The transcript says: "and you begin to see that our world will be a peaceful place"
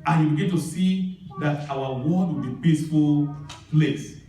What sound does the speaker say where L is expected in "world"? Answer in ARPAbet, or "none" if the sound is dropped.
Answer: none